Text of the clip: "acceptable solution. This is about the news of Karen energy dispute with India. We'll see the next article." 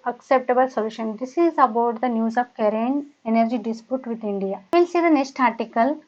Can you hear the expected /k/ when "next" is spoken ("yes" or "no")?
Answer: yes